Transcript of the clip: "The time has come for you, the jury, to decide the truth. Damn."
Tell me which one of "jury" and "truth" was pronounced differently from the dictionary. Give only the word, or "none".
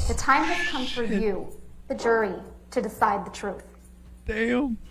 none